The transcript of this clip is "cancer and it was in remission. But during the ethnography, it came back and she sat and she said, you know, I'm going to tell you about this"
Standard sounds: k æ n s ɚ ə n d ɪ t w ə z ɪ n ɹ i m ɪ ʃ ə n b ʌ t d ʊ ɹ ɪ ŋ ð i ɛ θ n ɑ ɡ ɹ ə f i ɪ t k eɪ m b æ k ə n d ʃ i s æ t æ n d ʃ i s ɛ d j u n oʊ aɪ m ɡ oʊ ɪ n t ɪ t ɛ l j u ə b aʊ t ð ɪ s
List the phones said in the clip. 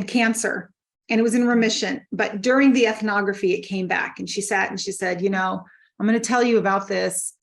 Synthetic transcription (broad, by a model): k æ n s ɚ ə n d ɪ t w ə z ɪ n ɹ i m ɪ ʃ ə n b ʌ t d ʊ ɹ ɪ ŋ ð i ɛ θ n ɑ ɡ ɹ ə f i ɪ t k eɪ m b æ k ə n ʃ i s æ t n ʃ i s ɛ d j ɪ n oʊ aɪ m ɡ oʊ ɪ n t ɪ t ɛ l j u ə b aʊ t ð ɪ s